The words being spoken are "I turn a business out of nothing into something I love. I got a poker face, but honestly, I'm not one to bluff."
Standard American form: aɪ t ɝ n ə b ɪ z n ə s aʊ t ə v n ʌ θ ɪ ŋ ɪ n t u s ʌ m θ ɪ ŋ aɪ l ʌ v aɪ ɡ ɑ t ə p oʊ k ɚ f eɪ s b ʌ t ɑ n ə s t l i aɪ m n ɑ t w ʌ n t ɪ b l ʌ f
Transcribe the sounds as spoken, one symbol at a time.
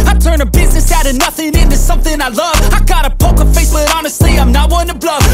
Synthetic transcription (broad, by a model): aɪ t ɝ n ə b ɪ z n ə s aʊ t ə n ʌ θ ɪ ŋ ɪ n t u s ʌ m θ ɪ ŋ aɪ l ʌ v aɪ ɡ ɑ t ə p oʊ k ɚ f eɪ s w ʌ t ɑ n ə s t l i aɪ m n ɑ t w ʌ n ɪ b l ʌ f